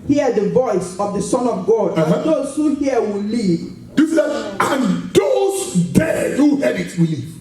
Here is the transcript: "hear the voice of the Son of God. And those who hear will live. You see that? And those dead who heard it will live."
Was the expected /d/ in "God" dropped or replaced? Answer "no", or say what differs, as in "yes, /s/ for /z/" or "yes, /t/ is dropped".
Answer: no